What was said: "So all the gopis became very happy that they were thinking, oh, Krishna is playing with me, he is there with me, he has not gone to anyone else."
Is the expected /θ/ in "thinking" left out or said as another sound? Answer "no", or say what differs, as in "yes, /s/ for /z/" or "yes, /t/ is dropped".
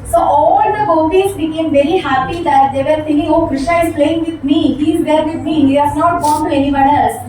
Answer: yes, /f/ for /θ/